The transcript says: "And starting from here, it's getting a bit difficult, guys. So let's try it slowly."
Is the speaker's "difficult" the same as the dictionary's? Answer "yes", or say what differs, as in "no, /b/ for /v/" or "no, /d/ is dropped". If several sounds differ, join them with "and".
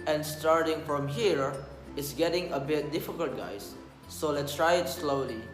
yes